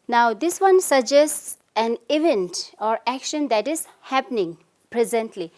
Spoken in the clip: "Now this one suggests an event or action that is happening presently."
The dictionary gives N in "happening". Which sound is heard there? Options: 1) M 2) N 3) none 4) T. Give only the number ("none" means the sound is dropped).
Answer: 2